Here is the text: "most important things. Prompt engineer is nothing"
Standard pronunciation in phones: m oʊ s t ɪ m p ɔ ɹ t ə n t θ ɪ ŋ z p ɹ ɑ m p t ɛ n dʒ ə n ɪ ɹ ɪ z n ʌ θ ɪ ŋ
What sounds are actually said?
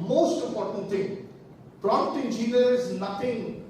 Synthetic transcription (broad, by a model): m oʊ s t ɪ m p ɔ ɹ t ə n t t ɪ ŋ p ɹ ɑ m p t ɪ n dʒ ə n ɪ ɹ ɪ z n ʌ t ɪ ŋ